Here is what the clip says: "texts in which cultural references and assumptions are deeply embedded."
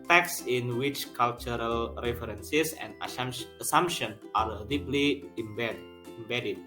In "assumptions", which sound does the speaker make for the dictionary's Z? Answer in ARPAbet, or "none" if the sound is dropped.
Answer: none